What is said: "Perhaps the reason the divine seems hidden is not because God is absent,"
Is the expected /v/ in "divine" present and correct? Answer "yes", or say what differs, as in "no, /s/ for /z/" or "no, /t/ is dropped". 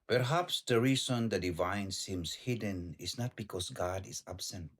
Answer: yes